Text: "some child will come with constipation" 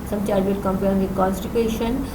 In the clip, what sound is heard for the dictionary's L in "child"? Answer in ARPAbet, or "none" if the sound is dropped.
none